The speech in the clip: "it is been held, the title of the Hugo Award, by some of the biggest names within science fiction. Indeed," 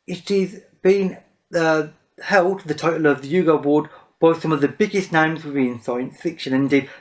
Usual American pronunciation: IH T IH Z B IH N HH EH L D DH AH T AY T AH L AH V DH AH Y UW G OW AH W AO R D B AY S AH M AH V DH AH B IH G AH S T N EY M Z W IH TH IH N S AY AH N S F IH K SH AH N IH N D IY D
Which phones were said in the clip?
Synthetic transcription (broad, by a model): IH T IH Z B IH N HH EH L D DH AH T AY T L AH V DH AH Y UW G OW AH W AO D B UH S AH M AH V DH AH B IH G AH S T N EY M Z W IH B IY N S AY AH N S F IH K SH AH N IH N D IY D